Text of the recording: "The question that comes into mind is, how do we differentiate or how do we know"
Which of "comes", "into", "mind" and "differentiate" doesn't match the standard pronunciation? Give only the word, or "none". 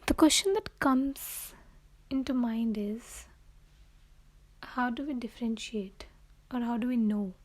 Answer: none